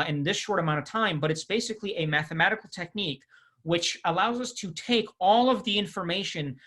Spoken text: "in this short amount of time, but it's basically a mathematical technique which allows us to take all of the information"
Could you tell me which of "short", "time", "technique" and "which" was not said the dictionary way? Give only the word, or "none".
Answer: none